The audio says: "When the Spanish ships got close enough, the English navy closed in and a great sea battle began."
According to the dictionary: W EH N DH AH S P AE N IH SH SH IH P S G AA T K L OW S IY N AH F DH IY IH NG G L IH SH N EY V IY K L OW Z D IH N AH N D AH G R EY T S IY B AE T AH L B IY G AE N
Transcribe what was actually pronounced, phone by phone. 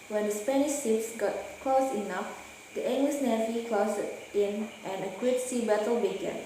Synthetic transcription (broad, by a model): W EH N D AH S P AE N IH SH S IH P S G AA T K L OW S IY N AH F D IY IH NG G L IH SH N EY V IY K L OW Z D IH N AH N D AH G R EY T S IY B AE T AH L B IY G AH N